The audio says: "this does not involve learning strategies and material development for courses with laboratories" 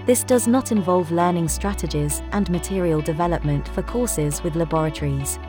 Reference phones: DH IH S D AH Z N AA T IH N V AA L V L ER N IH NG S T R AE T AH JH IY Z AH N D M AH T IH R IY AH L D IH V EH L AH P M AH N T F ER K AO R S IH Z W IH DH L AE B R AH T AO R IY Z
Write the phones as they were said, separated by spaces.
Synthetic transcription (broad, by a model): DH IH S D AH Z N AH T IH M V AA L V L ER N IH NG S T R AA T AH JH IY Z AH N M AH T IH R IY AH L D IH V EH L AH P M AH N T F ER K AO S IH Z W IH DH L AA B R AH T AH R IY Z